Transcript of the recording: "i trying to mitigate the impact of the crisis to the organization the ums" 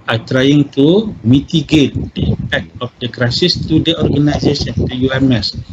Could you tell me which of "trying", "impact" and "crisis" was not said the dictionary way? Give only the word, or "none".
impact